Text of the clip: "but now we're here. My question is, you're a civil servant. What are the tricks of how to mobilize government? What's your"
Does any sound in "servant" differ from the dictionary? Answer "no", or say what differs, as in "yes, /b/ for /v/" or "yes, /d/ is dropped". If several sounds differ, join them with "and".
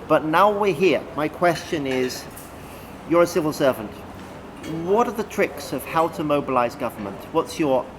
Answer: no